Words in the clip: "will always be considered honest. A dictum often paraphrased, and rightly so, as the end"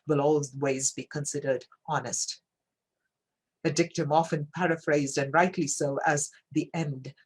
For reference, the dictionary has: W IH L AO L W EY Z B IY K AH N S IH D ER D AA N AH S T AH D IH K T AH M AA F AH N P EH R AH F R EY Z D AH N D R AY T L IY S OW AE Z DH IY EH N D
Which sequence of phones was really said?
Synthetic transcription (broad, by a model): W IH L AO L W EY Z B IY K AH N S IH D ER D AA N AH S T AH D IH K T AH M AA F AH N P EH R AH F R EY Z D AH N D R AY T L IY S OW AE Z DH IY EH N D